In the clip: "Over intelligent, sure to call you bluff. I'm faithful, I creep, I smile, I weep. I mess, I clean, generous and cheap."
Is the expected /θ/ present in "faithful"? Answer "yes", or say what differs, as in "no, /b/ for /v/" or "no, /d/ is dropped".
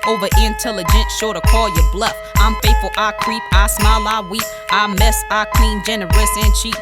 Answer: no, /t/ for /θ/